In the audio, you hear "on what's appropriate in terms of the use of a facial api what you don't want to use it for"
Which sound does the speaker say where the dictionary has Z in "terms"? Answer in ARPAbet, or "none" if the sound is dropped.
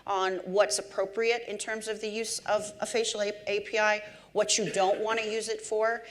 Z